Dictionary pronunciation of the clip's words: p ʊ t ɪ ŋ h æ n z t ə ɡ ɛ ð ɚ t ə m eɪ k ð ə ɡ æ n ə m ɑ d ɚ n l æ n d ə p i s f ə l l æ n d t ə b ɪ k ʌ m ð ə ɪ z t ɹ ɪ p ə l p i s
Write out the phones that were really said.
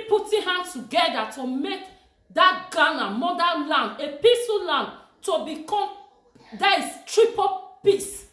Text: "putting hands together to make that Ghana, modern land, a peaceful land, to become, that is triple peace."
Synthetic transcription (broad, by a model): p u t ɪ h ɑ n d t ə ɡ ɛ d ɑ t ə m eɪ k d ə ɡ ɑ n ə m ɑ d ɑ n l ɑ n d ə p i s ə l l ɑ n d t ə b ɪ k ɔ m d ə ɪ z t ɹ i p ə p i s